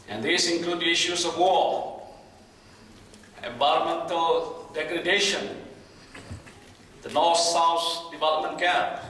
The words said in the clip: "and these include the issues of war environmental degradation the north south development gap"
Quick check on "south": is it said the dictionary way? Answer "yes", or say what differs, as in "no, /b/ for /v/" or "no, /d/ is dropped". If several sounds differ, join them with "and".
no, /s/ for /θ/